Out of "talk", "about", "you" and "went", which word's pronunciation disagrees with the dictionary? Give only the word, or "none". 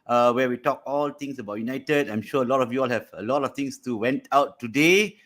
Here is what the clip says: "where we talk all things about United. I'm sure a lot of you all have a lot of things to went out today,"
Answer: none